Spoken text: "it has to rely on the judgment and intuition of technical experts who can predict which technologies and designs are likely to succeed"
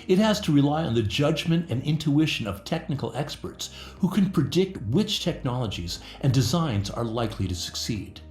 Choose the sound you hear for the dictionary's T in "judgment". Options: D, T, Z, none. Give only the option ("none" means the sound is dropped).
T